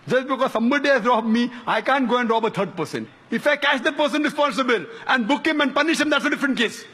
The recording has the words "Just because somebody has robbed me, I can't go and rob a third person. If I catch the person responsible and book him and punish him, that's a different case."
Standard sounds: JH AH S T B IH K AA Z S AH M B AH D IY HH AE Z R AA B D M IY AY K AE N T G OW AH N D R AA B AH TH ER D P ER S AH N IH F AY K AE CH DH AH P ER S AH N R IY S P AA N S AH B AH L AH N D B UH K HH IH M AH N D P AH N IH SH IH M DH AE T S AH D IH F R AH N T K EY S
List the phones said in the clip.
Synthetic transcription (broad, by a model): JH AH S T B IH K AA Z S AH M B AH D IY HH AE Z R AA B M IY AY K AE N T G OW AH N D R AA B AH T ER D P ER S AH N IH F AY K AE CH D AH P ER S AH N R IY S P AA N S AH B AH L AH N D B UH K HH IH M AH N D P AH N IH SH IH M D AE T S AH D IH F R AH N T K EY S